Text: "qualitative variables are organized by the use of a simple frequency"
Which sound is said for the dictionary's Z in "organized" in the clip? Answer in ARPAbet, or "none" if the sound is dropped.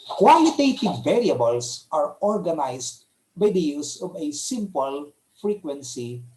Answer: S